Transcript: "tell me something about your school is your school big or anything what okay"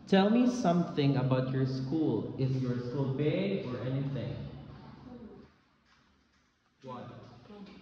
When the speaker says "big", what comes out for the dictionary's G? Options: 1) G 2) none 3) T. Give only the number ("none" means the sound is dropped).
2